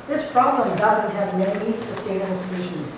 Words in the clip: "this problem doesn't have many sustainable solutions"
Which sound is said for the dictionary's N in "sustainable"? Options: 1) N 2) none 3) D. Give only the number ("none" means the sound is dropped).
2